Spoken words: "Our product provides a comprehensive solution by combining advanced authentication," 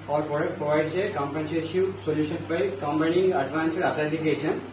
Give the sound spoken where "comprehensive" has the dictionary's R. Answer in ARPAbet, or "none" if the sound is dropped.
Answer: none